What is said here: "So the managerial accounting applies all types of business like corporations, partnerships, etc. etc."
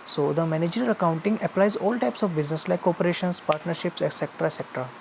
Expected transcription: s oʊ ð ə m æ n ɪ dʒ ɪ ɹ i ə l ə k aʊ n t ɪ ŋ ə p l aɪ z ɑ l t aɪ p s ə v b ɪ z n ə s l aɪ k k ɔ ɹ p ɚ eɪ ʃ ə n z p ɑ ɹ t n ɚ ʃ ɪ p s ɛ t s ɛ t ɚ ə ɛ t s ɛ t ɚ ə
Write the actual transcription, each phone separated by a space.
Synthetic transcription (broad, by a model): s oʊ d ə m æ n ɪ dʒ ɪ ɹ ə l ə k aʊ n t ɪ ŋ ə p l aɪ z ɑ l t aɪ p s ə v b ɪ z n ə s l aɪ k k ɔ p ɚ eɪ ʃ ə n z p ɑ ɹ t n ɚ ʃ ɪ p s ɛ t s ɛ t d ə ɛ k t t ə